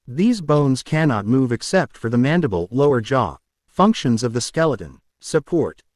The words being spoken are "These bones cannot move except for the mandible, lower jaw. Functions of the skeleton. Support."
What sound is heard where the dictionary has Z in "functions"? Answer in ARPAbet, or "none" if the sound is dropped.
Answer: Z